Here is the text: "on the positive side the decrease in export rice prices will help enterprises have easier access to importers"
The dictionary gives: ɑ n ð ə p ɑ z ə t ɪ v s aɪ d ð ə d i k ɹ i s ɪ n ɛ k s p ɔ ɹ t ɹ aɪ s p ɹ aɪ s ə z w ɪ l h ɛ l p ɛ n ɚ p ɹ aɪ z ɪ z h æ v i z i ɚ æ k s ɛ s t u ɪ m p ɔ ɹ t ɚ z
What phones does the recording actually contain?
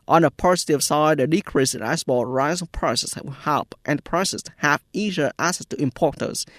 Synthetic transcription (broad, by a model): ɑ n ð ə p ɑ s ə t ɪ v s aɪ d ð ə d i k ɹ i s ɪ n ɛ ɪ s b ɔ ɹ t ɹ aɪ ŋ p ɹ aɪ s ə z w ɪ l h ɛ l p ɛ n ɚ p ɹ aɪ s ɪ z h æ v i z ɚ æ k s ɛ s t u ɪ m p ɔ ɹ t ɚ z